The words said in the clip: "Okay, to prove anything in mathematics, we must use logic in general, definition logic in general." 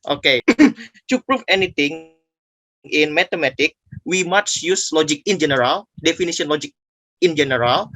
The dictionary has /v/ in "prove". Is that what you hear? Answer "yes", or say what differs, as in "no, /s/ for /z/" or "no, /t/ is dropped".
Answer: no, /f/ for /v/